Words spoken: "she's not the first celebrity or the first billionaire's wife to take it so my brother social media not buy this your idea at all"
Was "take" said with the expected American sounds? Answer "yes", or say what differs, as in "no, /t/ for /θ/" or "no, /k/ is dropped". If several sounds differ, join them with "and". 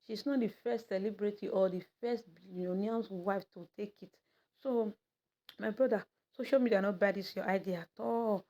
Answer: yes